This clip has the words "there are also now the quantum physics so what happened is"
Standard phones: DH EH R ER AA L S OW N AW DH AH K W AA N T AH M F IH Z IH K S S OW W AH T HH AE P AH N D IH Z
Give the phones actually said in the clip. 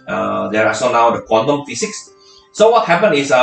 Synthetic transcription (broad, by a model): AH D ER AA S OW N AW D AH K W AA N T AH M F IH S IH K S S OW W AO T HH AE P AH N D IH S